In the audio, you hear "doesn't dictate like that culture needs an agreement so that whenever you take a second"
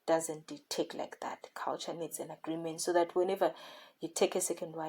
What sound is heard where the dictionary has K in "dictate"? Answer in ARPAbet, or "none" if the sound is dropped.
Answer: none